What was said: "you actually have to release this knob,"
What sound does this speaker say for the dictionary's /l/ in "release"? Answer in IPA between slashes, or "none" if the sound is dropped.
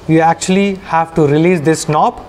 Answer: /l/